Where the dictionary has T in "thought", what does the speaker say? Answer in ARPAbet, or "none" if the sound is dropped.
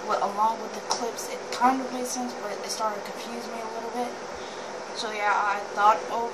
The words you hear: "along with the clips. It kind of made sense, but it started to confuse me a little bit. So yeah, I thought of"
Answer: T